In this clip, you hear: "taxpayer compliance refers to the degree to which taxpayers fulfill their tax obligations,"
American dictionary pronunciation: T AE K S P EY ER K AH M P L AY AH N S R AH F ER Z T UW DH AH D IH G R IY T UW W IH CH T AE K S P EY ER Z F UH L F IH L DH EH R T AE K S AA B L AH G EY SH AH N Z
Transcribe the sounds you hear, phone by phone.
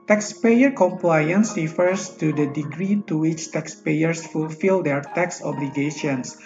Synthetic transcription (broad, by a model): T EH K S P EY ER K AH M P L AY AH N S R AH F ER S T UW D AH D IH G R IY T UW W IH CH T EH K S P EY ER S F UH L F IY L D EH R T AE K S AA B L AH G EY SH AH N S